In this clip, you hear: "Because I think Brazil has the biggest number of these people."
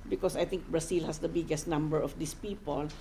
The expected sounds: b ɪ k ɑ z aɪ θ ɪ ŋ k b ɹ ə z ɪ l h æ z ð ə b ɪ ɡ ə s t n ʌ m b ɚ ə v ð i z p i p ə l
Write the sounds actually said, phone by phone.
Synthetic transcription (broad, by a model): b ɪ k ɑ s aɪ t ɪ ŋ k b ɹ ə s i l h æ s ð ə b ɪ ɡ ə s t n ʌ m b ɚ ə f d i s p i p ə l